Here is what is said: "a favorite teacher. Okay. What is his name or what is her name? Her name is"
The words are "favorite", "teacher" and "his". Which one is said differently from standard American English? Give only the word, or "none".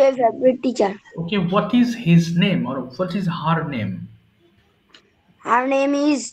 favorite